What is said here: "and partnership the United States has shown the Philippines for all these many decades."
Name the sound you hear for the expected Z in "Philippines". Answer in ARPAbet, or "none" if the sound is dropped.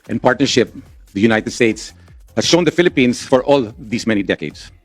S